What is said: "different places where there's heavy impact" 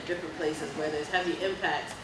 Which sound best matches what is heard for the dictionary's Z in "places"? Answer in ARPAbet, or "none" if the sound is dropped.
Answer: Z